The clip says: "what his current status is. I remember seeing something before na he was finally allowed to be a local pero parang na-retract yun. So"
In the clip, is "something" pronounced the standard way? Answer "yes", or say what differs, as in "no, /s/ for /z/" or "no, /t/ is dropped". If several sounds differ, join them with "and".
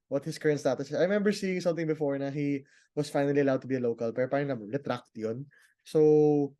no, /t/ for /θ/